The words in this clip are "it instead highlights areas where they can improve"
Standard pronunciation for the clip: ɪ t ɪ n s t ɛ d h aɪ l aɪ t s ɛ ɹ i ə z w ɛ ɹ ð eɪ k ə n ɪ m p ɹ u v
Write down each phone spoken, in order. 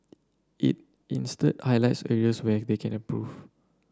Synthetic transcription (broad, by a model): ɪ t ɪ n s t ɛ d h aɪ l aɪ t s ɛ ɹ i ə s w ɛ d eɪ k ə n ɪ p ɹ u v